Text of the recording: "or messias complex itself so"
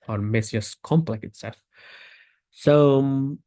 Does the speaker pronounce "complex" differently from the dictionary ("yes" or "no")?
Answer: yes